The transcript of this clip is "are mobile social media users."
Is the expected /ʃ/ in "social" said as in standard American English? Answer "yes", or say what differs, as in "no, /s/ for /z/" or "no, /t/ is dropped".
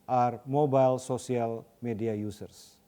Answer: no, /s/ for /ʃ/